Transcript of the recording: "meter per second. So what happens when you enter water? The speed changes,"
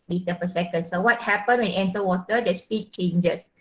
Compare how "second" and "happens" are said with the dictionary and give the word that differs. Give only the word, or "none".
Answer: happens